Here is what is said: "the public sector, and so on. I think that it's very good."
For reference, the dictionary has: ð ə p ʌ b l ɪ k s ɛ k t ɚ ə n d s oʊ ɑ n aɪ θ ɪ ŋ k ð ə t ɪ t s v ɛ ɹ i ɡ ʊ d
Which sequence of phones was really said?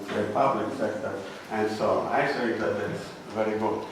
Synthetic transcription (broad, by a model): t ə p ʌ b l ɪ k s ɛ k t ɚ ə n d s oʊ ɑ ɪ s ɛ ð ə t ɪ t s v ɛ ɹ i ɡ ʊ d